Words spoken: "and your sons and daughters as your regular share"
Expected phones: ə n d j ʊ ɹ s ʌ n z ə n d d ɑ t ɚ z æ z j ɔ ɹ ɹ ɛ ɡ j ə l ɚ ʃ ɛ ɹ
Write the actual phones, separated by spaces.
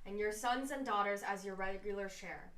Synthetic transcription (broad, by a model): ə n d j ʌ ɹ s ʌ n z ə n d d ɑ t ɚ z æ z j ɔ ɹ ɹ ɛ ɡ j l ɚ ʃ ɛ ɹ